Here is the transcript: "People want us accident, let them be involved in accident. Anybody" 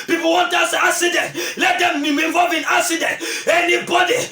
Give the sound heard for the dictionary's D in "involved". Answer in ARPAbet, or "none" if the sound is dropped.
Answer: none